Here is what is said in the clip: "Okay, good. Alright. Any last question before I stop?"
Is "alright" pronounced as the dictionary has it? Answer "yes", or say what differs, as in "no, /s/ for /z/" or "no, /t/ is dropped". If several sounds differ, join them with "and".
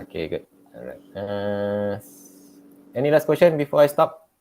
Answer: no, /l/ is dropped